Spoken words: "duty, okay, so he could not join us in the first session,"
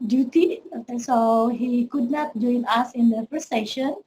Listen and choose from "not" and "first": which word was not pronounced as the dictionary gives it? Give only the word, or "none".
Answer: first